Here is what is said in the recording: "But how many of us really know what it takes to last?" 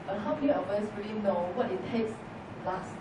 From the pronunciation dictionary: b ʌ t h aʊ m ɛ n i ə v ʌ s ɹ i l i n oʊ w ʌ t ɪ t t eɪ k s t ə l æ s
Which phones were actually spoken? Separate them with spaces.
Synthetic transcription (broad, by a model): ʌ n h aʊ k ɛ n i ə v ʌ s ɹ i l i n oʊ w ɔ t ɪ t t eɪ k s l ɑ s